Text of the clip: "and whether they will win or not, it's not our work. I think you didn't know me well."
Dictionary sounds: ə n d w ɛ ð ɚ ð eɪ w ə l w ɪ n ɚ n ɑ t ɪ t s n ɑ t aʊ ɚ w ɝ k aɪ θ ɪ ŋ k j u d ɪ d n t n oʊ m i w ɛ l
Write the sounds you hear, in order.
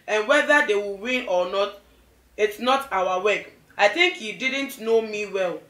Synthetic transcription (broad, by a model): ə n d w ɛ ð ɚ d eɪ w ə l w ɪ n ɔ n ɑ t ɪ t s n ɑ t aʊ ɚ w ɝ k aɪ θ ɪ ŋ k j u d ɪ d n t n oʊ m i w ɛ l